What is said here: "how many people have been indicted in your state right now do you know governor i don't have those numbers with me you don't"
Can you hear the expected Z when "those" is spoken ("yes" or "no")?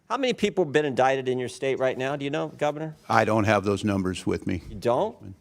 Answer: yes